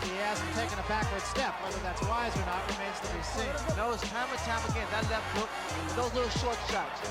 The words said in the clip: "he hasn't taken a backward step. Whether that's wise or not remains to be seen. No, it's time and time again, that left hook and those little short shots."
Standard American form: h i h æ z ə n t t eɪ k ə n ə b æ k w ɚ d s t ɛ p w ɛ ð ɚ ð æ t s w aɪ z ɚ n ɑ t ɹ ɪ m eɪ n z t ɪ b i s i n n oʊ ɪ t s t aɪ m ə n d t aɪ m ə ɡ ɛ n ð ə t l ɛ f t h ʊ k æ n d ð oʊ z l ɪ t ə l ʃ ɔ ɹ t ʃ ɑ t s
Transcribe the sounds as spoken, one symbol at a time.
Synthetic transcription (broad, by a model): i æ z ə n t t eɪ k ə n ə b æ k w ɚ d s t ɛ p w ɛ ð ɚ ð æ t s w aɪ z ɚ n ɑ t ɹ ɪ m eɪ n z t ɪ b i s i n n oʊ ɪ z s t aɪ m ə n t aɪ m ə ɡ ɛ n ð ə t l ɛ f t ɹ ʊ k ð oʊ z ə ʃ ɔ ɹ t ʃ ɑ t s